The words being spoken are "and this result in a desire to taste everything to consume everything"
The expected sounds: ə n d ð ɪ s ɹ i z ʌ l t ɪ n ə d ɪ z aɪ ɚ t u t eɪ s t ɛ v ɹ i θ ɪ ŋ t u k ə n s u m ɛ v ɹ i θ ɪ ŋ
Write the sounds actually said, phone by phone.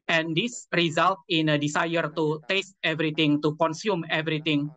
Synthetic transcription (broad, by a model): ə n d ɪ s ɹ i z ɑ l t ɪ n ə d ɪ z aɪ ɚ t u t eɪ s t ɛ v ɹ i t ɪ ŋ t u k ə n s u m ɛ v ɹ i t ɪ ŋ